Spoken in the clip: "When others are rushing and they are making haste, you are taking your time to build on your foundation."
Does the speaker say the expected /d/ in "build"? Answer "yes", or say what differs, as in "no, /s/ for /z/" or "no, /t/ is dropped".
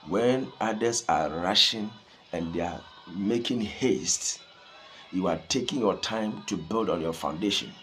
yes